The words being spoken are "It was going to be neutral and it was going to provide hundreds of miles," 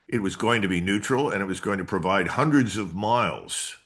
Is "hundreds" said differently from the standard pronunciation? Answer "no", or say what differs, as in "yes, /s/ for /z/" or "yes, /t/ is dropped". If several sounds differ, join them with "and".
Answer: no